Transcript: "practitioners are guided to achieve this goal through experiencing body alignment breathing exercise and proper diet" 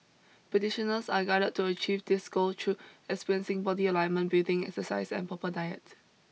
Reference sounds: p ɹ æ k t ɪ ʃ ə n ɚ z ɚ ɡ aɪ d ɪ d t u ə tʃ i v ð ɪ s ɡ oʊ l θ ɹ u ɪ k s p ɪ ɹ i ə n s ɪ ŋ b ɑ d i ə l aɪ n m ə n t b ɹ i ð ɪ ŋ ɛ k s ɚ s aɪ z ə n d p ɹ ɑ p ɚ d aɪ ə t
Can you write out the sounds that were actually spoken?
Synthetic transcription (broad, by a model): p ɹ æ t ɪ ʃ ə n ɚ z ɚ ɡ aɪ d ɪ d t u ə tʃ i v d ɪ s ɡ oʊ l t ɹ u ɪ k s p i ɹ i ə n s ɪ ŋ b ɑ d i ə l aɪ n m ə n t b i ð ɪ ŋ ɛ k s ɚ s aɪ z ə n p ɑ p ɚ d aɪ ə t